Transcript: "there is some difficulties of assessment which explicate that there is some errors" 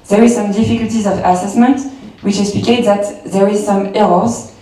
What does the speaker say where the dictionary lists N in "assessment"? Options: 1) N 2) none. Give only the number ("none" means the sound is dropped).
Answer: 1